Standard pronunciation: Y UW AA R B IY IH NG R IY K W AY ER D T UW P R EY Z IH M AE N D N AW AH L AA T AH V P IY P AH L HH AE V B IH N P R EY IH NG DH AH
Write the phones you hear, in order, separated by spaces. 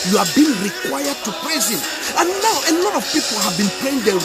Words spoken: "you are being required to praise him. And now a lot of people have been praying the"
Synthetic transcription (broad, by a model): Y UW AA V B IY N R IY K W AY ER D T UW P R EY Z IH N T N AW AH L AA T AH V P IY P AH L HH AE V B IH N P L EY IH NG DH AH